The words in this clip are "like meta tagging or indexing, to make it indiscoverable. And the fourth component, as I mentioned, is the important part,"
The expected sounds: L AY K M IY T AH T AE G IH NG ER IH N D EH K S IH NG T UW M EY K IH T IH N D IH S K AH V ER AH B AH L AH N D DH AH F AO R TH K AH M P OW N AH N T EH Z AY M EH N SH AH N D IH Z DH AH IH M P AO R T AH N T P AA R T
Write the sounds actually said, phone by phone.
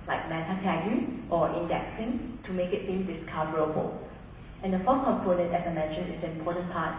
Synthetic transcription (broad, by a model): L AY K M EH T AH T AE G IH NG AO IH N D EH K S IH NG T UW M EY K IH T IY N D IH S K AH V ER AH B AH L AH N D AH F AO K AH M P OW N AH N T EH S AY M EH N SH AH N IH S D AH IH M P AO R T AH N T P AA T